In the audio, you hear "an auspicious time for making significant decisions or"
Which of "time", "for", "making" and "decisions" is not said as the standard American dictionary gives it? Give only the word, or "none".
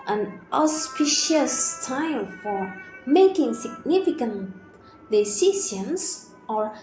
decisions